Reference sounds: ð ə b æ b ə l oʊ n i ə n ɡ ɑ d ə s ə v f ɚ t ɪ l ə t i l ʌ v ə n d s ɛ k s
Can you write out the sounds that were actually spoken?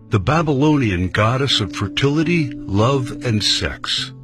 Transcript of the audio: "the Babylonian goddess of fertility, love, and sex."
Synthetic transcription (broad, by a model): ð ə b æ b ə l oʊ n i ə n ɡ ɑ d ə s ə v f ɚ t ɪ l ə t i l ʌ v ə n s ɛ k s